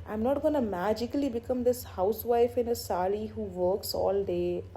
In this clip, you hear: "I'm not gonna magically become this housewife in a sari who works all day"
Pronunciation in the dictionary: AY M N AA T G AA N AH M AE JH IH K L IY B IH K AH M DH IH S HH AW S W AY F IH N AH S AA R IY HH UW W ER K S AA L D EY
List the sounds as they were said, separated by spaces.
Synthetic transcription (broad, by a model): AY M N AA T G AA N AH M AE JH IH K L IY B IH K AH M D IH S HH AW S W AY F IH N AH S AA L IY HH UW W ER K S AA L D EY